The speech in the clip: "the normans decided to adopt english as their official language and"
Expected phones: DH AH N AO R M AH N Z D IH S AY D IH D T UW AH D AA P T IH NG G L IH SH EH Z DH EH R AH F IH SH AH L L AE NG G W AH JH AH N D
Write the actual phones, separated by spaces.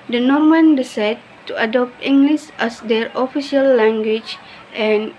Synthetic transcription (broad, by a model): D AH N AO R M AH N D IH S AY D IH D T UW AH D AA P T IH NG G L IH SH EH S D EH R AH F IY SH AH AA L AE NG G W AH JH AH N